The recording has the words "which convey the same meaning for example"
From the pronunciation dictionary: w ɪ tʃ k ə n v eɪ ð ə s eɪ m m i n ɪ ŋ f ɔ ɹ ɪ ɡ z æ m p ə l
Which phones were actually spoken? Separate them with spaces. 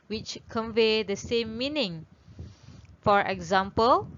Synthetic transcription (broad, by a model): w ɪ tʃ k ə n v eɪ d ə s eɪ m m i n ɪ ŋ f ɔ ɹ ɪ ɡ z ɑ m p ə l